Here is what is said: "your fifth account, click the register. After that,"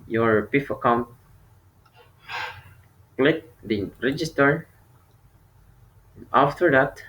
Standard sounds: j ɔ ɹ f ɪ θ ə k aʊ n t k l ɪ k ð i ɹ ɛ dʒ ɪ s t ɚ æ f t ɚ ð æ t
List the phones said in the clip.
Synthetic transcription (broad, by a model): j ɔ ɹ p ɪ f ə k aʊ n t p l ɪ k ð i ɹ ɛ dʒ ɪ s t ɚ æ f t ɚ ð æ t